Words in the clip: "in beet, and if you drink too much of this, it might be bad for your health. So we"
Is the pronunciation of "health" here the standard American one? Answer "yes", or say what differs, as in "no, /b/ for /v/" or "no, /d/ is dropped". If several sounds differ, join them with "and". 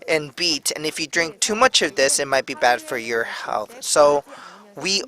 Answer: yes